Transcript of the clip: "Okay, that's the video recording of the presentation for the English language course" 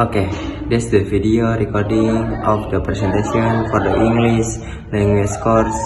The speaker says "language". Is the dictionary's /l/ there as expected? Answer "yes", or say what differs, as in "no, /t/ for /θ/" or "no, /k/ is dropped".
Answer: no, /n/ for /l/